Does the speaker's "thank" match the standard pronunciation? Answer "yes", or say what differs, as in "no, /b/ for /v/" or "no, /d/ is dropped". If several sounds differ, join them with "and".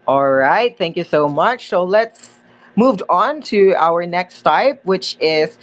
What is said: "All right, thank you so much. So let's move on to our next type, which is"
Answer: yes